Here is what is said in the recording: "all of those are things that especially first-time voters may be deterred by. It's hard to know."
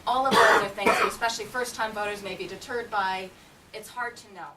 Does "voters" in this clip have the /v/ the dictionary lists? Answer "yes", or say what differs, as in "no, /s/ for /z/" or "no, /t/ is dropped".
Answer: yes